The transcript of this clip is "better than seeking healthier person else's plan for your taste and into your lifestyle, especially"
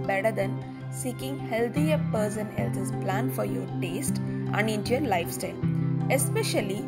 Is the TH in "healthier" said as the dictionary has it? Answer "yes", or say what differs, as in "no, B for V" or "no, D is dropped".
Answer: no, T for TH